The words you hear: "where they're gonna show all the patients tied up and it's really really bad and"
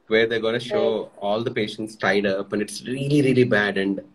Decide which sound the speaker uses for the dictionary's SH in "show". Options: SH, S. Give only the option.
SH